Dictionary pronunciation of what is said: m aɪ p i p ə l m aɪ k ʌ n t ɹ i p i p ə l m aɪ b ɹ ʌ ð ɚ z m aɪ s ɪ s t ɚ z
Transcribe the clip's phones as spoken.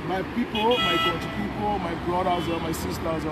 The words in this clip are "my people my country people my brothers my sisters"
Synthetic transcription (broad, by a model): m aɪ p i p ə l m aɪ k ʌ t i p i p ə l m aɪ b ɹ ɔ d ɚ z m aɪ s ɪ s t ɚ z